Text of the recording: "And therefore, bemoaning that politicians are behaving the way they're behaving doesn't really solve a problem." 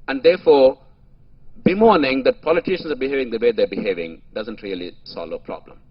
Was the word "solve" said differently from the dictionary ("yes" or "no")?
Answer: yes